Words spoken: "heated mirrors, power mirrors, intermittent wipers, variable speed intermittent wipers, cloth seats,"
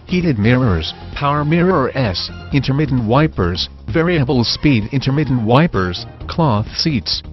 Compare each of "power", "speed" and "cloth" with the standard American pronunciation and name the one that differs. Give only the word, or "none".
none